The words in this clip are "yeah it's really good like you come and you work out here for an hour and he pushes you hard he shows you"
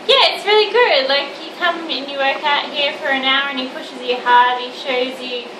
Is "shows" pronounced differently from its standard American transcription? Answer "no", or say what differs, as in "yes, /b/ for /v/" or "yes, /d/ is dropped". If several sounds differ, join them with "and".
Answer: no